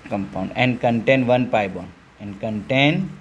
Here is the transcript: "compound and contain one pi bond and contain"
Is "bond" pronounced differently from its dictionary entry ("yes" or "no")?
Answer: yes